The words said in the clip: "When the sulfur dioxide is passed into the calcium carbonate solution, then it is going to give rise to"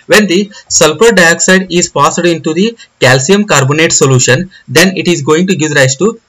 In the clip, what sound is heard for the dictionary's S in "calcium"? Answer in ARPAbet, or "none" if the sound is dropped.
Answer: S